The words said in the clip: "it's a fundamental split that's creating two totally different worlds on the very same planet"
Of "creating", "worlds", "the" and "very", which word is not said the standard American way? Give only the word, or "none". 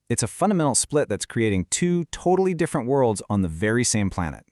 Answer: none